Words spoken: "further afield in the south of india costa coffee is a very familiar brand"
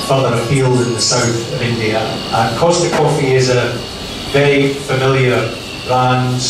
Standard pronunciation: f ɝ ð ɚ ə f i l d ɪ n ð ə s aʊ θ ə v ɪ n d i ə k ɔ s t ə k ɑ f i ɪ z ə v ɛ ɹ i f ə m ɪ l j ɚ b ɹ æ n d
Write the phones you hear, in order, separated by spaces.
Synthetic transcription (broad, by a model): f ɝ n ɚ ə p i l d ɪ n ð ə s aʊ θ ə v ɪ n d i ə k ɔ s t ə k ɑ f i ɪ z ə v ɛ i f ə m ɪ l j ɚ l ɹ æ n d